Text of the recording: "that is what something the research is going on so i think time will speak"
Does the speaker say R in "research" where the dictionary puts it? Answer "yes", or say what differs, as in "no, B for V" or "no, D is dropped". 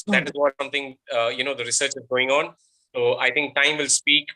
yes